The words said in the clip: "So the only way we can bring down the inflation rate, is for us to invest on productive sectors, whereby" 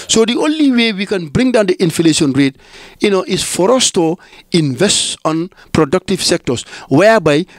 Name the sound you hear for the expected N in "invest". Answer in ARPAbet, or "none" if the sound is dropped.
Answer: N